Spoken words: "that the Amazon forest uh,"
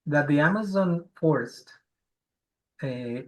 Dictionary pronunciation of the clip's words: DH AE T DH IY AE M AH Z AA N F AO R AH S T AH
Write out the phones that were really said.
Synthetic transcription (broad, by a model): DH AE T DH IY AE M AH Z AA N F AO R AH S T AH